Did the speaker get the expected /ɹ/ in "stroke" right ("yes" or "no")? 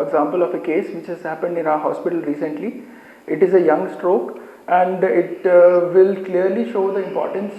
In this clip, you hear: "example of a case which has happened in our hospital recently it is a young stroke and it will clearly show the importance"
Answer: yes